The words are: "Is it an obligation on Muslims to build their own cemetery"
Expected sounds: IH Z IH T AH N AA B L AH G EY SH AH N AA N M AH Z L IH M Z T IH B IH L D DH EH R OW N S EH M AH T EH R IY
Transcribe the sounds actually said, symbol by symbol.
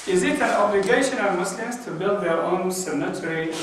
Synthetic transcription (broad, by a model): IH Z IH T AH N AA B L AH G EY SH AH N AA M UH S L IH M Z T IH B IH L D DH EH R OW N S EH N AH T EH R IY